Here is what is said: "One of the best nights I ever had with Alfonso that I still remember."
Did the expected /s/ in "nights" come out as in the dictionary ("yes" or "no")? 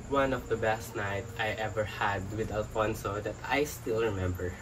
no